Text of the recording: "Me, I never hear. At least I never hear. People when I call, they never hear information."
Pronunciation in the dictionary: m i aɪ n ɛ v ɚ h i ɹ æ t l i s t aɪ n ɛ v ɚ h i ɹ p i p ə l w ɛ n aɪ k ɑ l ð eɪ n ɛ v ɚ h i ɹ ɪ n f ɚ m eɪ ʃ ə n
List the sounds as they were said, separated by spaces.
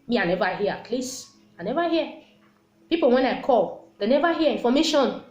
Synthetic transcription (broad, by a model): m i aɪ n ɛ v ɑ h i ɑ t l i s aɪ n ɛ v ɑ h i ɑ p i p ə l w ɛ n aɪ k ɑ l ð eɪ n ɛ v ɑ h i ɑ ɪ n f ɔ m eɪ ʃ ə n